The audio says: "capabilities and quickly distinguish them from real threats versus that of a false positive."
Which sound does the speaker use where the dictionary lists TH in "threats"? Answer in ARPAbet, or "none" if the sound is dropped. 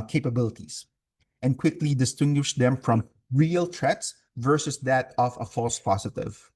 T